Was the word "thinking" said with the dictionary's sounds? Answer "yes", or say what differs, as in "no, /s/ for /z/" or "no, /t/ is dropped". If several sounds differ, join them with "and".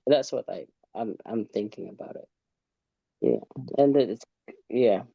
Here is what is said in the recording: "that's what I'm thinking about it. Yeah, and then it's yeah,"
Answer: yes